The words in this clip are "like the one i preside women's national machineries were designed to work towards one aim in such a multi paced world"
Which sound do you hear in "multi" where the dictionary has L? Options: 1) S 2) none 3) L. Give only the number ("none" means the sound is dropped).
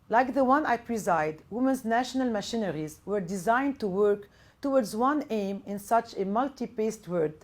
3